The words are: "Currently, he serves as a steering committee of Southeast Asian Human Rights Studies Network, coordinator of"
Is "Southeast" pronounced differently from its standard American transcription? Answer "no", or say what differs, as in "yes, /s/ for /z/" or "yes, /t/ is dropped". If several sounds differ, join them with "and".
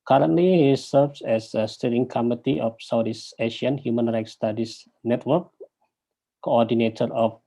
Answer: yes, /t/ is dropped